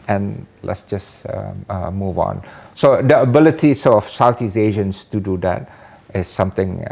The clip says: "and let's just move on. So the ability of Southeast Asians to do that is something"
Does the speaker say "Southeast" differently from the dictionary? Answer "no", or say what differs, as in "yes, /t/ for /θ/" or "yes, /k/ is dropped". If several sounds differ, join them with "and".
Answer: yes, /t/ is dropped